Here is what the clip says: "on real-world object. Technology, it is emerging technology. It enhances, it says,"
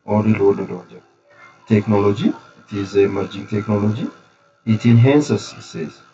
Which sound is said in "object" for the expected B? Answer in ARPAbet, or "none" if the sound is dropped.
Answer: none